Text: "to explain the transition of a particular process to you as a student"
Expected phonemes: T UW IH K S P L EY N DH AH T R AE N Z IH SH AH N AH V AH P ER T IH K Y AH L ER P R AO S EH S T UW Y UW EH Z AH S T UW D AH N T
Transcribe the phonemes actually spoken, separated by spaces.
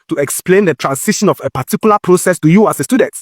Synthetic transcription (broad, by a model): T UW IH K S P L EY N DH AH T R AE N S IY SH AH N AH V AH P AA T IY K Y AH L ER P R AO S EH S T UW Y UW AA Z AH S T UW D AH N T